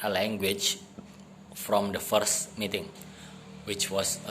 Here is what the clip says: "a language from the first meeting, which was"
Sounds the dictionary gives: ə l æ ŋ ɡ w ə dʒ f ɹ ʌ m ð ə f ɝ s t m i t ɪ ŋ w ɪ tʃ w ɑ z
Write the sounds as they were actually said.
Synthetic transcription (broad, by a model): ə l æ ŋ ɡ w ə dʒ f ɹ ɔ m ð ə f ɝ s t m i t ɪ ŋ w ɪ tʃ w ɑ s